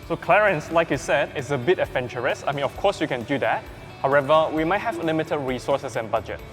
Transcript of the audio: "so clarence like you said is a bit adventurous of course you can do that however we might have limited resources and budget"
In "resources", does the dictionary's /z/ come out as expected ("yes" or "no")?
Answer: no